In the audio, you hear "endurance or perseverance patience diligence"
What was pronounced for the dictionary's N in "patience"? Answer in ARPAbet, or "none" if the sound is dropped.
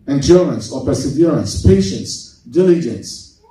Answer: N